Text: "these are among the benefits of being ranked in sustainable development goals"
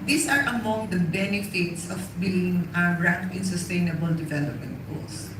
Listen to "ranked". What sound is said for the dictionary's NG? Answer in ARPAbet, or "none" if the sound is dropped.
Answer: none